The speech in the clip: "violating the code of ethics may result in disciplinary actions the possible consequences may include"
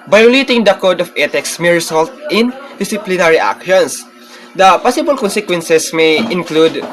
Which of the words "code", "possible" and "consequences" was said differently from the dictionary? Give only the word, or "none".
consequences